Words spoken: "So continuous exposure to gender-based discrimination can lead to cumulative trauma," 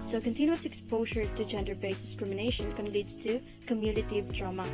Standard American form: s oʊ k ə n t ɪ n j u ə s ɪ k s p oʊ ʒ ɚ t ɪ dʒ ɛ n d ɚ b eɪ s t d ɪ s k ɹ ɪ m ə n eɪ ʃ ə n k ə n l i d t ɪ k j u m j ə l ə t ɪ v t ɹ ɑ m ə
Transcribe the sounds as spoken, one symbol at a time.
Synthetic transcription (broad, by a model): s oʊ k ə n t ɪ n j u ə s ɪ k s p oʊ ʒ ɚ t ɪ dʒ ɛ n d ɚ b eɪ s d ɪ s k ɹ ɪ m ə n eɪ ʃ ə n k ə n l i d t ɪ k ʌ m j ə n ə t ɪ v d ɹ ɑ m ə